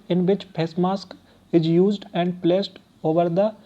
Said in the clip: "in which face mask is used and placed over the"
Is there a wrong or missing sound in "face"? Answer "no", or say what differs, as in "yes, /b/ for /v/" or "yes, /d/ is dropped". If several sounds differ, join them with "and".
yes, /p/ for /f/